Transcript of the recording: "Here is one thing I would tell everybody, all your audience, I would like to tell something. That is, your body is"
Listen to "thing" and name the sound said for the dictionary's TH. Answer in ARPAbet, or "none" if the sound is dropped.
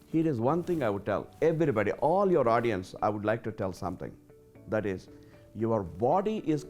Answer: T